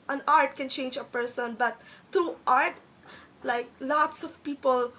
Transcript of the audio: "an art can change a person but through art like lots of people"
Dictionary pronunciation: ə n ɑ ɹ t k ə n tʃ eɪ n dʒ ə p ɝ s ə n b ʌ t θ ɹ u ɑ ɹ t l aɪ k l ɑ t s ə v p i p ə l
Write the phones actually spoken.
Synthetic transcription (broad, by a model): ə n ɑ ɹ t k ə n tʃ eɪ n dʒ ə p ɝ s ə n b ʌ t t ɹ u ɑ ɹ t l aɪ k l ɑ t s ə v p i p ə l